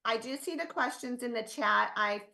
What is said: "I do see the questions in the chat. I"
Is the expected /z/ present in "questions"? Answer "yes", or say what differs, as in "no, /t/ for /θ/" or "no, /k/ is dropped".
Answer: yes